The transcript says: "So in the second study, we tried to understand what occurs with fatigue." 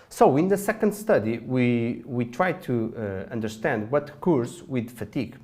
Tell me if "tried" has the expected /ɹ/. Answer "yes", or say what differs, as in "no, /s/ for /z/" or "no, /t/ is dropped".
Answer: yes